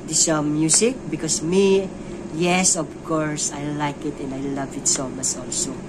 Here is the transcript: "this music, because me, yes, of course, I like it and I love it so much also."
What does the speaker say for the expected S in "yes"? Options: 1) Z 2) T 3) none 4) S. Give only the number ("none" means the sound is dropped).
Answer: 4